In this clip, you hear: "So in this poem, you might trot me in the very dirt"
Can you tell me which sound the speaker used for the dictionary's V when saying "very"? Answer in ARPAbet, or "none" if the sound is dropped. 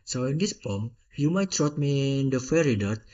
F